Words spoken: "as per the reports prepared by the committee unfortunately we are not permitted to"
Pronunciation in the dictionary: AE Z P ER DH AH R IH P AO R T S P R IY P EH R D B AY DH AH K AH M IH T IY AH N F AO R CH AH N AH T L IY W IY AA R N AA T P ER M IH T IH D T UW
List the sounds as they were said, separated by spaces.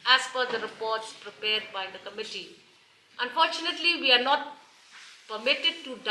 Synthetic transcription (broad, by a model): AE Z F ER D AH R IH P AO R T S P R IY P EH R D B AY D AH K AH M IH T IY AH N F AO R CH AH N AH T L IY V IY AA R N AA T P ER M IH T IH D T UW